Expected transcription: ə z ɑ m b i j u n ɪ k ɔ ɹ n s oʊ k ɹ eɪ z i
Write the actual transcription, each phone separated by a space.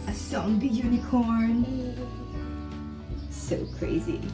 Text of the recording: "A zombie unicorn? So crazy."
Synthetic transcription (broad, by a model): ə s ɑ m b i j u n ɪ k ɔ ɹ n s oʊ k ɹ eɪ z i